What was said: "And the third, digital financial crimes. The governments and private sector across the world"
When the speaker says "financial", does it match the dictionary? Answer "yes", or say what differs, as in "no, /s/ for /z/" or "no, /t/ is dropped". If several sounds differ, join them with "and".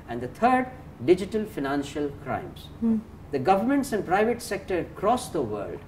yes